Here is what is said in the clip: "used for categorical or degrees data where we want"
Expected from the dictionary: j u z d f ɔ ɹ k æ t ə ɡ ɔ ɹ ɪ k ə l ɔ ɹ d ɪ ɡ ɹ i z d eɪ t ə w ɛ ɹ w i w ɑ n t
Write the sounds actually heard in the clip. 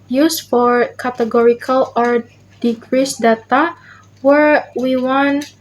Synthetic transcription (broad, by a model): j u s f ɔ ɹ k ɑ t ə ɡ ɔ ɹ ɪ k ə l ɔ ɹ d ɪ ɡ ɹ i s d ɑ t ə w ɛ ɹ w i w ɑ n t